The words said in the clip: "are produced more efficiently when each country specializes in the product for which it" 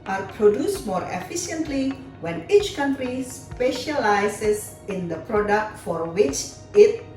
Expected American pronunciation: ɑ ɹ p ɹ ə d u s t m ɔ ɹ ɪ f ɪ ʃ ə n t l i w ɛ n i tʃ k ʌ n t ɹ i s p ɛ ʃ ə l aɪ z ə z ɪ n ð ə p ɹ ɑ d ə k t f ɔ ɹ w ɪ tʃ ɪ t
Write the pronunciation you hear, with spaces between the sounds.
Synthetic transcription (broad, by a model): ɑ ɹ p ɹ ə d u s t m ɔ ɹ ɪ f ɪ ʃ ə n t l i w ɛ n i tʃ k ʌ n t ɹ i s p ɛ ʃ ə l aɪ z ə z ɪ n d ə p ɹ ɑ d ə k t f ɔ ɹ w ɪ tʃ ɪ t